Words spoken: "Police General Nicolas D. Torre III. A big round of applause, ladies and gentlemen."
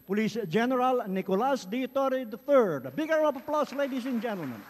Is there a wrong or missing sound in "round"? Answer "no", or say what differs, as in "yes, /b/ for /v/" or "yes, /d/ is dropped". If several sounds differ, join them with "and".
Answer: yes, /d/ is dropped